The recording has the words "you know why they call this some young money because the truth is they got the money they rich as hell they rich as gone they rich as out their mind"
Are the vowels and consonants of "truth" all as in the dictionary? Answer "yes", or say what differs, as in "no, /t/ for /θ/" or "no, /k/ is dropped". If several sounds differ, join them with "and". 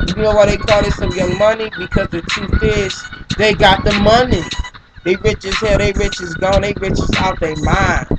no, /ɹ/ is dropped and /f/ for /θ/